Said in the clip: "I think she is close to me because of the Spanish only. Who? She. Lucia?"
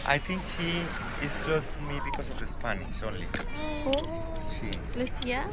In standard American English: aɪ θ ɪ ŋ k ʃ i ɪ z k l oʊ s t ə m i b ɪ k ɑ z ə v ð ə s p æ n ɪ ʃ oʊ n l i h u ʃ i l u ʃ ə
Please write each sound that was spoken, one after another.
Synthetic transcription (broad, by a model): aɪ t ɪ ŋ k ʃ i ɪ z k l oʊ s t m i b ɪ k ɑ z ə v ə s p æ n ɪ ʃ oʊ n l i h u ʃ i l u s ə